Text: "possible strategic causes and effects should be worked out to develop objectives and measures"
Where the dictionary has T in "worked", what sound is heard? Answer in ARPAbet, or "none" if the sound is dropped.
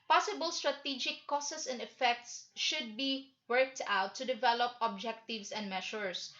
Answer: T